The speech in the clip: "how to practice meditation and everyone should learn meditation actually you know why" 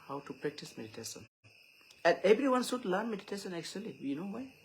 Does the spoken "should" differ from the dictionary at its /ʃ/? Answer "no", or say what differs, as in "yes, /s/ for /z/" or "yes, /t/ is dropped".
yes, /s/ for /ʃ/